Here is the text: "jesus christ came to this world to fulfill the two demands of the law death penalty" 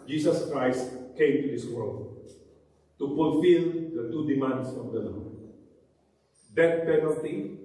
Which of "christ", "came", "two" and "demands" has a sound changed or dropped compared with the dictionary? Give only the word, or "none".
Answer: demands